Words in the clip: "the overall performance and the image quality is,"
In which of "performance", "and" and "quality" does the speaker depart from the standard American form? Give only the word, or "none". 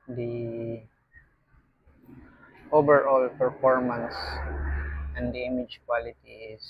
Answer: none